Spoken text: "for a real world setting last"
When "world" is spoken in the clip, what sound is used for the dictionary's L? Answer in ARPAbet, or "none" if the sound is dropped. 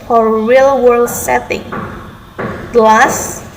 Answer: L